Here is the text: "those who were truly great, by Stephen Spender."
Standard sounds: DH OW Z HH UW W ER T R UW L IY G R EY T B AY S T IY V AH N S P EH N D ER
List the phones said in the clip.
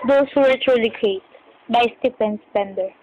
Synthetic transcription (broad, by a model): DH OW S HH UW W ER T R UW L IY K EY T B AY S T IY F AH N S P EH N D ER